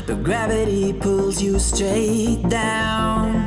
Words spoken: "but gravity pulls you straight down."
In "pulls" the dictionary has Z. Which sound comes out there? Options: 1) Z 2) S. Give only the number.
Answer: 1